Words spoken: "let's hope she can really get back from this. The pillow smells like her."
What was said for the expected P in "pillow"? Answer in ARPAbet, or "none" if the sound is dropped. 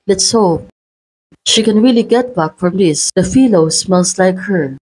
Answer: F